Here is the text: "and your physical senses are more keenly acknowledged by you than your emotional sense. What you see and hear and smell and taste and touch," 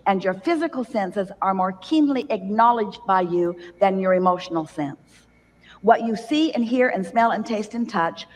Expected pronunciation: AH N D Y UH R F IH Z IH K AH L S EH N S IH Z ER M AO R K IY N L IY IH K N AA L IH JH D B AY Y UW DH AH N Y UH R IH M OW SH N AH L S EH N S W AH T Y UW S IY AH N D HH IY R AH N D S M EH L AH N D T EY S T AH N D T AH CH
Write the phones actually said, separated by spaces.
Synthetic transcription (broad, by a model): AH N Y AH R F IH Z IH K L S EH N S IH Z ER M AO R K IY N L IY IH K N AA L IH JH B AY Y UW DH AH N Y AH R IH M OW SH N L S EH N S W AH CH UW S IY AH N HH IY R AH N S M EH L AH N T EY S T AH N T AH CH